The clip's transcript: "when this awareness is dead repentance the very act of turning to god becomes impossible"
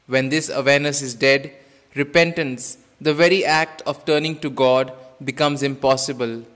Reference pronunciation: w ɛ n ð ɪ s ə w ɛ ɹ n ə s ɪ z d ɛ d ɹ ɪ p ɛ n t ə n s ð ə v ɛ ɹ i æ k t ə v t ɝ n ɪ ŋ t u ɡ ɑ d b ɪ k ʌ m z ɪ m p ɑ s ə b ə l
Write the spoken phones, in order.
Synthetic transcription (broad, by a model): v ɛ n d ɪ s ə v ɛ ɹ n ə s ɪ z d ɛ d ɹ ɪ p ɛ n t ə n s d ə v ɛ ɹ i æ k t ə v t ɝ n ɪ ŋ t u ɡ ɑ d b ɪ k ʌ m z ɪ m p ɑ s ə b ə l